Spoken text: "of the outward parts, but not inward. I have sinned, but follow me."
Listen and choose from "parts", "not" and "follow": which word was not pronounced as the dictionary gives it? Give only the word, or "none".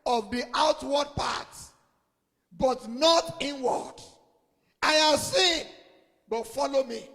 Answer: parts